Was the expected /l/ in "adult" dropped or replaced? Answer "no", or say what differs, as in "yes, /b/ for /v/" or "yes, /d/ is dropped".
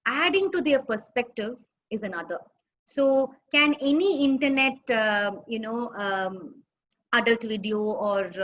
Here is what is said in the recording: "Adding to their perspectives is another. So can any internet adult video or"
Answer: no